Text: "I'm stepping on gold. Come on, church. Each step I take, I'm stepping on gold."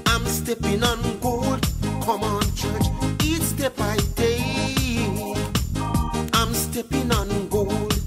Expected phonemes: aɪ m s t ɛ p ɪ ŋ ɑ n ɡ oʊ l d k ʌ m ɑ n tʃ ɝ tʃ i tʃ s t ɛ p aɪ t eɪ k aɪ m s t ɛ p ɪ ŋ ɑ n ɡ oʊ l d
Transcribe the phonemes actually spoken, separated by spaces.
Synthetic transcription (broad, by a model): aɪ m s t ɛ p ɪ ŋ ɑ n ɡ oʊ l d k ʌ m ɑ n tʃ ɝ tʃ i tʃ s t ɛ b aɪ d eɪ aɪ m s t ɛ p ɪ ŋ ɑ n ɡ oʊ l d